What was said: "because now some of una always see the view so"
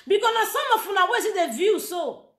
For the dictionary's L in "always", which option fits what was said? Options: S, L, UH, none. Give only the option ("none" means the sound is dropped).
none